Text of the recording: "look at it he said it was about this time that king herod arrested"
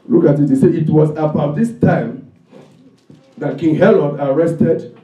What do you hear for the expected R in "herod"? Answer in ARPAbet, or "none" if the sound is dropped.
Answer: L